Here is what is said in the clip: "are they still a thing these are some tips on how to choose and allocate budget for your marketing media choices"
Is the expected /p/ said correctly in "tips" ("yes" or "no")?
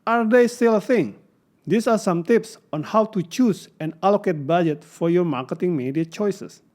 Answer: yes